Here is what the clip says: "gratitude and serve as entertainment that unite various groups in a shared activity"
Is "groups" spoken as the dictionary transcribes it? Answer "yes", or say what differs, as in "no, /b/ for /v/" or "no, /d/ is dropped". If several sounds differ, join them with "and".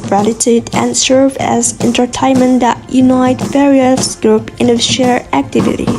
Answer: no, /s/ is dropped